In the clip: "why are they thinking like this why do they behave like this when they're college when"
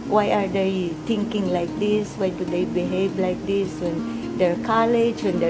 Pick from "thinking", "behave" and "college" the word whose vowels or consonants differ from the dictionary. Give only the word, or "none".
thinking